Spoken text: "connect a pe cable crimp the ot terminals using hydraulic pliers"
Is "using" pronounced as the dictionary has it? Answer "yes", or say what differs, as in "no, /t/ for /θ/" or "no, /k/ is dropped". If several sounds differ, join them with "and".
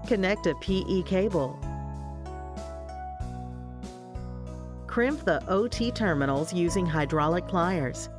yes